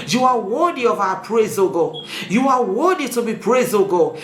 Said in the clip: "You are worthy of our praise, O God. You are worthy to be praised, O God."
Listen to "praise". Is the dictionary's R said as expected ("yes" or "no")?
yes